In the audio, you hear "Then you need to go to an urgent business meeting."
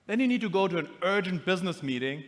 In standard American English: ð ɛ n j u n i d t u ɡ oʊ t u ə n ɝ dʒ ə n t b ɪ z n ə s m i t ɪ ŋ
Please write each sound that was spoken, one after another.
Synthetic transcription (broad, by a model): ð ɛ n j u n i d t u ɡ oʊ t u ə n ɝ dʒ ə n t b ɪ z n ə s m i t ɪ ŋ